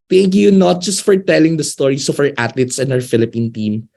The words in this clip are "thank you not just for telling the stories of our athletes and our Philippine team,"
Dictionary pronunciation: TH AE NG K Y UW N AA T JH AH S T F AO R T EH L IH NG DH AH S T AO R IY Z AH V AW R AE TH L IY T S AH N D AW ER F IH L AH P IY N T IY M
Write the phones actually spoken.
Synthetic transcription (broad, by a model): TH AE NG K Y UW N AA T JH AH S T F AO R T EH L IH NG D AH S T AO R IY S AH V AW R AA T L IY T S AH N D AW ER F IH L AH P IY N T IY M